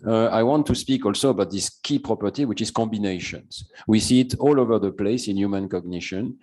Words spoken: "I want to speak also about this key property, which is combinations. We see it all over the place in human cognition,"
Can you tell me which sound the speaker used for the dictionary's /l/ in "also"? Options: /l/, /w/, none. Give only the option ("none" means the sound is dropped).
/l/